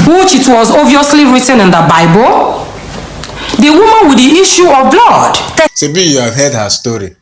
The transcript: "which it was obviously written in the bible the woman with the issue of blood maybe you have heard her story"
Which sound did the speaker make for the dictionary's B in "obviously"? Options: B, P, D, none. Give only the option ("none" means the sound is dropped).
none